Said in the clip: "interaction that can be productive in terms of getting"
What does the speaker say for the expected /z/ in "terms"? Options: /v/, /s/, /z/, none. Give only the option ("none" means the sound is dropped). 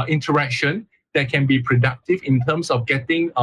/s/